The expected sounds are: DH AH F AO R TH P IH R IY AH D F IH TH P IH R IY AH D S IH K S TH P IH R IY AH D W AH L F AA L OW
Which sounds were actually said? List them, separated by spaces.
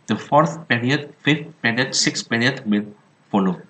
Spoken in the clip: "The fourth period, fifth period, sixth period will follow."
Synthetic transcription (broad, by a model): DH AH F AO R TH P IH R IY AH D F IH F P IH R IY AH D S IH K S P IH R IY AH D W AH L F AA L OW